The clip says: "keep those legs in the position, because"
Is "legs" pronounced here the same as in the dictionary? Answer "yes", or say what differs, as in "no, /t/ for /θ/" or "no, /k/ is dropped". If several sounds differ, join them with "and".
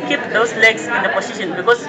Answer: no, /s/ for /z/